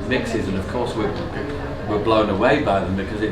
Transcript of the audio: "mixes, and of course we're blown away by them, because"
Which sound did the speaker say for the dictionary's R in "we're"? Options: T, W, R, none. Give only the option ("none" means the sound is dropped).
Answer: W